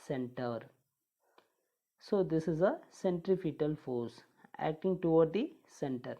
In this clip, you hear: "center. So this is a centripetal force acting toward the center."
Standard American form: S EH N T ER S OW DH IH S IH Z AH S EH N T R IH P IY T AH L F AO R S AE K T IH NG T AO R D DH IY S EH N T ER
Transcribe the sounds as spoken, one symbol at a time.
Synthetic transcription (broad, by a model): S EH N T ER S OW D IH S IH Z AH S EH N T R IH F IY T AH L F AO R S AE K T IH NG T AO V D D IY S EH N T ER